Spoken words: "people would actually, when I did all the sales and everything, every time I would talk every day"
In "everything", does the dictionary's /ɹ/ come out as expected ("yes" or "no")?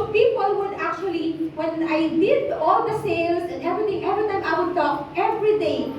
no